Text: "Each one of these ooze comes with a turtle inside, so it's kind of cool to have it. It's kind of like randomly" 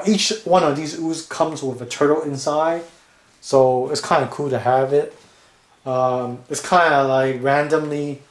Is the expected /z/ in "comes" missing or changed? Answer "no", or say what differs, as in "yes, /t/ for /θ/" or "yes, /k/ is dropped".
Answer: no